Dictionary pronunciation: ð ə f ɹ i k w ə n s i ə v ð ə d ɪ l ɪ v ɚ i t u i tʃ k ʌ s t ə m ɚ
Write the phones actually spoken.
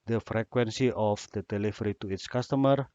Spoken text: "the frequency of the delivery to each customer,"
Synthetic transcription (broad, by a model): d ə f ɹ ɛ k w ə n s i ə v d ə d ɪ l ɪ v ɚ i t u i s k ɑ s t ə m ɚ